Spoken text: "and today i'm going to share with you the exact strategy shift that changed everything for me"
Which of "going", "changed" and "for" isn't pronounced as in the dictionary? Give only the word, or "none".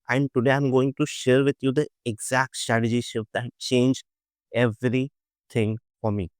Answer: changed